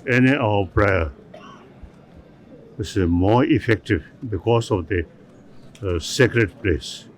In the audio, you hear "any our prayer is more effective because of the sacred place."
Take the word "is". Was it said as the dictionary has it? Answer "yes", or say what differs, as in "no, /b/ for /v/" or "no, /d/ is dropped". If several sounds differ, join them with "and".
no, /s/ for /z/